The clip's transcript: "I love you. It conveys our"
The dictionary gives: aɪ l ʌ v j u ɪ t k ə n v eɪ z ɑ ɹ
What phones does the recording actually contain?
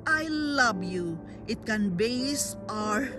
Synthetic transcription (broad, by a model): aɪ l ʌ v j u ɪ t k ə n b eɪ s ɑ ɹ